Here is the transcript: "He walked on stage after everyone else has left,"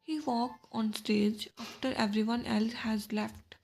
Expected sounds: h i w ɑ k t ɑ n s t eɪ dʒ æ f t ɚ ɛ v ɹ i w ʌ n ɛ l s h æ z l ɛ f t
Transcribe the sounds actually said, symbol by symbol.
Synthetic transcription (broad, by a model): h i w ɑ k ɑ n s t eɪ dʒ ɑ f t ɚ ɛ v ɹ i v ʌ n ɛ l s h æ z l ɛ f t